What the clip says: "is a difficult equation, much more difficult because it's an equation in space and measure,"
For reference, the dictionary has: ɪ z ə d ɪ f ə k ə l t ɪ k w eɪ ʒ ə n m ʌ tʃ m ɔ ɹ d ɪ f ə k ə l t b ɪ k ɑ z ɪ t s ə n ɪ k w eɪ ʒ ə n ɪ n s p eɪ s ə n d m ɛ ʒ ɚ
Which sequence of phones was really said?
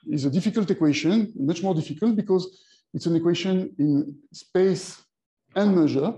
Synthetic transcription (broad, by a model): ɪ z ə d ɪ f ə k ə l t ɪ k w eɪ ʃ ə n m ʌ tʃ m ɔ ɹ d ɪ f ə k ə l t b ɪ k ɑ z ɪ t s ə n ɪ k w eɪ ʃ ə n ɪ n s p eɪ s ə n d m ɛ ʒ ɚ